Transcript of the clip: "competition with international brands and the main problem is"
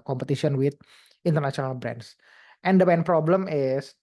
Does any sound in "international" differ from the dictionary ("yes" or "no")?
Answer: yes